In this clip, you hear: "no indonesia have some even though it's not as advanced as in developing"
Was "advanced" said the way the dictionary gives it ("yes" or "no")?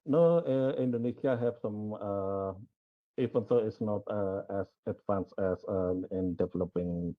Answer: no